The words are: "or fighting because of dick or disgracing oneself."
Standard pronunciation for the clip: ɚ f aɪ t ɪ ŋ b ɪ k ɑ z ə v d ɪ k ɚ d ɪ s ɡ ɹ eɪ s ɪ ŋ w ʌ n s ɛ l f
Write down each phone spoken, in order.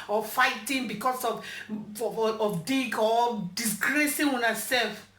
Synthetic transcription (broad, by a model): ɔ f aɪ t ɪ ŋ b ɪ k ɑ s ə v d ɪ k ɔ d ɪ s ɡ ɹ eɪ s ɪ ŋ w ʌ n s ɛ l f